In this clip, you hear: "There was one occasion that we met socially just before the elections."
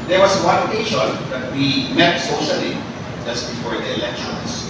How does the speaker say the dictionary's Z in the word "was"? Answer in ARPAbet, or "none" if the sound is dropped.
S